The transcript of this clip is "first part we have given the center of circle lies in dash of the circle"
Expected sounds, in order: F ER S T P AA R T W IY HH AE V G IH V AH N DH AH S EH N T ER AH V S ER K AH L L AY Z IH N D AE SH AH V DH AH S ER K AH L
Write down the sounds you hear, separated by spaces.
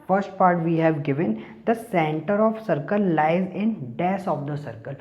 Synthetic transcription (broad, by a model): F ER S T P AA R T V IY HH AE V G IH V AH N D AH S EH N T ER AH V S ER K AH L L AY Z IH N D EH S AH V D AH S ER K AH L